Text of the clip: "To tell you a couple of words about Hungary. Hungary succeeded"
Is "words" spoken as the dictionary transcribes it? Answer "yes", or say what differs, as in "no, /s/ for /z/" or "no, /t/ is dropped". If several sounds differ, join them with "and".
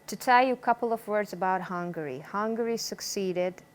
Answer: yes